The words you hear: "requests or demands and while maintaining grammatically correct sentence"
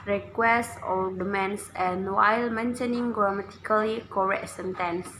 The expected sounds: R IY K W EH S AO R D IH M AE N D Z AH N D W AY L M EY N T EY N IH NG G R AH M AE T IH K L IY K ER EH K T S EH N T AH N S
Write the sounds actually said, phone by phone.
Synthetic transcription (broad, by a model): R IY K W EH S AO L D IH M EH N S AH N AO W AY L M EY N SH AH N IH NG G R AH M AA T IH K L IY K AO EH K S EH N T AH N S